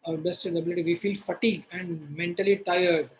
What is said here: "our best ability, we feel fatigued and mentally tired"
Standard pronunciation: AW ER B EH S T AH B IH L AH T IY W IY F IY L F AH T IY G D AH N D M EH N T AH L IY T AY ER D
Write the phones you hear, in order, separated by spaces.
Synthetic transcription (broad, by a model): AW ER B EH S T AH B IH L AH T IY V IY F IY L F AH T IY G AH N D M EH N T AH L IY T AY ER D